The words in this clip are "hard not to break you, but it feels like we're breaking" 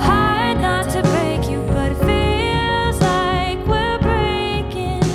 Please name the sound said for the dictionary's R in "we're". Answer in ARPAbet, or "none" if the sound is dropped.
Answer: L